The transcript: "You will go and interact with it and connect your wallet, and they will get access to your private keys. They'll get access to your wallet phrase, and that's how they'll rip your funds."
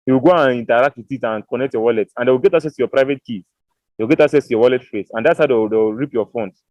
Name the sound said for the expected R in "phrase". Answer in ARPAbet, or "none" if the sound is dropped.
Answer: none